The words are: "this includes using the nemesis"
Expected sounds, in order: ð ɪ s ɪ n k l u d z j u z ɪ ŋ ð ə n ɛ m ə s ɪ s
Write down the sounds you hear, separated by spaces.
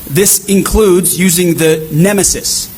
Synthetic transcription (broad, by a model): ð ɪ s ɪ n k l u d z j u z ɪ ŋ ð ə n ɛ m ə s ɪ s